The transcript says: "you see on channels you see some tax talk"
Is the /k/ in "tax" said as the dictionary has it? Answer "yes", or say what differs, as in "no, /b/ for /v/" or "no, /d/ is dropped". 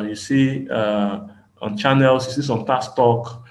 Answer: no, /k/ is dropped